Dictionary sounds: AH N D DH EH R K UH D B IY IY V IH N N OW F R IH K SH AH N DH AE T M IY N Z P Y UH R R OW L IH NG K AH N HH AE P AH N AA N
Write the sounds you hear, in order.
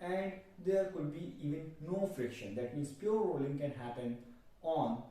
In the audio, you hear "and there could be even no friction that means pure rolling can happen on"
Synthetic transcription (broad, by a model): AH N D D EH R K UH D B IY IY V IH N N OW F R IH K SH AH N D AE T M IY N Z P Y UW R R OW L IH NG K AH N HH AE P AH N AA N